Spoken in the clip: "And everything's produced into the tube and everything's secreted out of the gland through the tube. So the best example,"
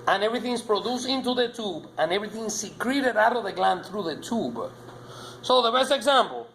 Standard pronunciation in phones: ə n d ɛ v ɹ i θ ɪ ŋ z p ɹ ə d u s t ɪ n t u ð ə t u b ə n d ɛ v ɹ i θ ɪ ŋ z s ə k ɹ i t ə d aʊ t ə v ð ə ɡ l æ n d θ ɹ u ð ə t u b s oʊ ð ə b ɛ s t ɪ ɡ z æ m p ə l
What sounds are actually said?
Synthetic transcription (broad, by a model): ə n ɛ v ɹ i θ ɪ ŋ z p ɹ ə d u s ɪ n t u ð ə t u b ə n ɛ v ɹ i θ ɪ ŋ s ə k ɹ i t ə d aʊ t ə v ð ə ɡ l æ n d θ ɹ u ð ə t u b s oʊ ð ə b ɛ s t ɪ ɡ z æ m p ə l